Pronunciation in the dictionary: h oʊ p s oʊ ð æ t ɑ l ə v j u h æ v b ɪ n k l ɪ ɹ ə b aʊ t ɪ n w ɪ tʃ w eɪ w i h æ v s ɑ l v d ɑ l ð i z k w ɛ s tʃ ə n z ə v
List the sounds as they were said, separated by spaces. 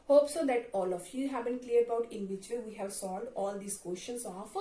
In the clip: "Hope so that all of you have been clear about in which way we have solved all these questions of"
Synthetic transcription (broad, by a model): h oʊ p s oʊ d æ t ɑ l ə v j u h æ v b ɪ n k l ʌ ɹ ə b aʊ t ɪ n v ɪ tʃ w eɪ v i h æ v s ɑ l d ɑ l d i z k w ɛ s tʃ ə n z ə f